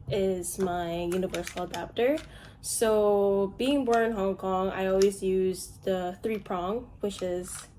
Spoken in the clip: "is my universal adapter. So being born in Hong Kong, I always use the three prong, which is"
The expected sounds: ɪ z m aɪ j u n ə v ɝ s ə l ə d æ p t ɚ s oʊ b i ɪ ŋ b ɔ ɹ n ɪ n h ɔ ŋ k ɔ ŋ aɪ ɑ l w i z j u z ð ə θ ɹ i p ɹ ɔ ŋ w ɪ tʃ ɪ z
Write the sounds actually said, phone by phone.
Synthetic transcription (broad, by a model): ɪ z m aɪ j u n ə v ɝ s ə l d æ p t ɚ s oʊ b i ɪ ŋ b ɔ ɹ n ɪ n h ɔ ŋ k ɔ ŋ aɪ ɑ l w i z j u z ð ə θ ɹ i p ɹ ɔ ŋ w ɪ tʃ ɪ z